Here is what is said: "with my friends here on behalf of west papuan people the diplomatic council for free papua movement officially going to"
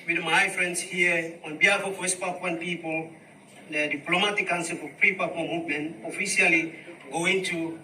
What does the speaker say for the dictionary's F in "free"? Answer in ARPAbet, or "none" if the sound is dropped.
P